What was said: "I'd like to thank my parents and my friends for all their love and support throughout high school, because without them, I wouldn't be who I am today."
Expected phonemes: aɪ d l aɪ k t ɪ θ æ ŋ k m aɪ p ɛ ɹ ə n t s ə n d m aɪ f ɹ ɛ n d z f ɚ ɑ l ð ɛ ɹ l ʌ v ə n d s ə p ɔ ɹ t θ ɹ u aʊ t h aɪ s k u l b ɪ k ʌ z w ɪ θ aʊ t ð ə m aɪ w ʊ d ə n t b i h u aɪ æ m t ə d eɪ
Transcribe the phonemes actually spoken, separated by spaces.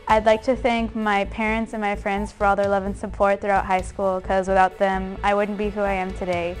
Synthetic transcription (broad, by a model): aɪ d l aɪ k t ɪ θ æ ŋ k m aɪ p ɛ ɹ ə n t s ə n m aɪ f ɹ ɛ n d z f ɚ ɑ l ð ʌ ɹ l ʌ v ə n s ə p ɔ ɹ t θ ɹ u aʊ t h aɪ s k u l k ʌ z w ɪ θ aʊ t ð ə m aɪ w ʊ d n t b i h u aɪ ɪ m t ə d eɪ